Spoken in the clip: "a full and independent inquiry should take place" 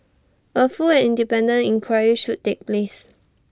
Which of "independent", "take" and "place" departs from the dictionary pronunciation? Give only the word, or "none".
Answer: independent